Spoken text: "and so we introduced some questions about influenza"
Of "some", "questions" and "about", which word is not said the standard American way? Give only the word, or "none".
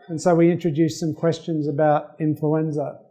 none